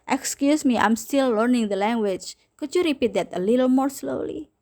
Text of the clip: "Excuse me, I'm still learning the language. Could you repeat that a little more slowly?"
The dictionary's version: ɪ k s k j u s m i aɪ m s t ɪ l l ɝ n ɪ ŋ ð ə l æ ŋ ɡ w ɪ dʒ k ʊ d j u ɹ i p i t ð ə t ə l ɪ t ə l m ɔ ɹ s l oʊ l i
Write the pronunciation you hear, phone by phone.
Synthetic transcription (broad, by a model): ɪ k s k j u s m i aɪ m s t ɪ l l ɝ n ɪ ŋ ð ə l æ ŋ ɡ w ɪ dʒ k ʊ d j u ɹ i p i t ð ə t ə l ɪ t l m ɔ ɹ s l oʊ l i